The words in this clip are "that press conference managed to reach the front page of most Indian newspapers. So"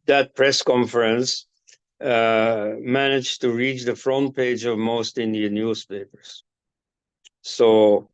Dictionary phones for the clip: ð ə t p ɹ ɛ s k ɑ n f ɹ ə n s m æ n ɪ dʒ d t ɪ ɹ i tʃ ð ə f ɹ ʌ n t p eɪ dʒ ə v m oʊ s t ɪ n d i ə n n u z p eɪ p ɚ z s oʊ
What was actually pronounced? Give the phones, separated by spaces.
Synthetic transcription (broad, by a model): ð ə t p ɹ ɛ s k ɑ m f ɹ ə n s m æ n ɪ dʒ t ɪ ɹ i tʃ ð ə f ɹ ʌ n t p eɪ dʒ ə v m oʊ s t ɪ n d i ə n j u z p eɪ p ɚ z s oʊ